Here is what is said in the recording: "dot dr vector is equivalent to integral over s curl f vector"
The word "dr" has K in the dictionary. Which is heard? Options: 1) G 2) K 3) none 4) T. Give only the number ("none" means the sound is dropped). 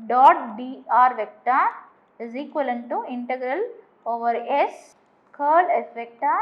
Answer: 3